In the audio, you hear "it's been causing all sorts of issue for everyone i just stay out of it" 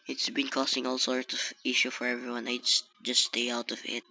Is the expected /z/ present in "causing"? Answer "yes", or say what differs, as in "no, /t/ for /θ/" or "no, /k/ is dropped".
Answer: no, /s/ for /z/